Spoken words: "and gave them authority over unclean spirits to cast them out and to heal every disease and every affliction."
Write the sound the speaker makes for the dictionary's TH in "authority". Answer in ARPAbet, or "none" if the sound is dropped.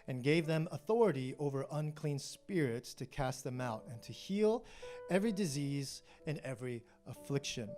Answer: TH